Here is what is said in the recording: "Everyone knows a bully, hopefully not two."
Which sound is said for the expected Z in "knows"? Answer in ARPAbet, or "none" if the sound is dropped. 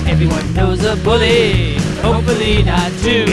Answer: Z